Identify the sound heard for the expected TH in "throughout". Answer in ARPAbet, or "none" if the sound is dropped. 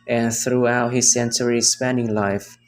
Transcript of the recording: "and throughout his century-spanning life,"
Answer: TH